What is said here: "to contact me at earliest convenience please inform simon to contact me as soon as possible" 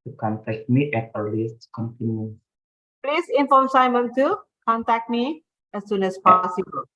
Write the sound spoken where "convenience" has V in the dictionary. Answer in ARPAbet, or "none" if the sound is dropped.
P